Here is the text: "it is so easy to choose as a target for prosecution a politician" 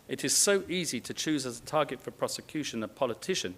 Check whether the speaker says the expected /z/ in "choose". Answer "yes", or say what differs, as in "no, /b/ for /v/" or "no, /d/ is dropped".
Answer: yes